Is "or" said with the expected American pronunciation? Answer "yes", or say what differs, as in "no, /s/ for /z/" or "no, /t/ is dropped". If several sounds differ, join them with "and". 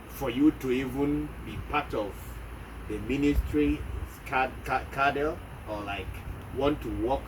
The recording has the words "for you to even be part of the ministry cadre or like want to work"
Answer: no, /l/ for /ɹ/